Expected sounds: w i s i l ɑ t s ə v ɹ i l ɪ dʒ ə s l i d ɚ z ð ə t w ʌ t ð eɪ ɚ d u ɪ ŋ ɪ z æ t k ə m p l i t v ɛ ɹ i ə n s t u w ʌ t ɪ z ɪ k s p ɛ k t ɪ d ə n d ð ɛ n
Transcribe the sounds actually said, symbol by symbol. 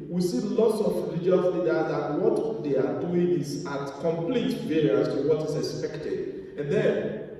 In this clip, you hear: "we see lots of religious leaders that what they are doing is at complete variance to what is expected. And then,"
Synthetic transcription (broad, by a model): w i s i l ɑ t s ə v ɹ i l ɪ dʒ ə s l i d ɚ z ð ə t w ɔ t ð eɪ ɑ d u ɪ ŋ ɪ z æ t k ə m p l i t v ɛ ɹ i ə s t u w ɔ t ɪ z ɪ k s p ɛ k t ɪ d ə n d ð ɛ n